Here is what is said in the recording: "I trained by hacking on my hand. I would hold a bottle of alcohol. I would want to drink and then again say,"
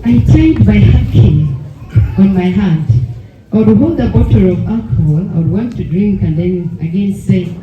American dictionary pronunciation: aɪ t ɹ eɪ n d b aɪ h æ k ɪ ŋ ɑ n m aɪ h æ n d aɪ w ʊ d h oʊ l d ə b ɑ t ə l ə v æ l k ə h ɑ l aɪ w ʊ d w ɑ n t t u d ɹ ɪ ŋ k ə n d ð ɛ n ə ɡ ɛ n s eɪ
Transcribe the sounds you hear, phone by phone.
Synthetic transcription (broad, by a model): aɪ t eɪ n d b aɪ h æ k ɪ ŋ ɑ n m aɪ h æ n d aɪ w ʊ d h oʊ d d ə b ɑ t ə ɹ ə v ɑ l k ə h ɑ l aɪ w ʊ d w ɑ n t t u d ɹ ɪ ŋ k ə n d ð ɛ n ə ɡ ɛ n s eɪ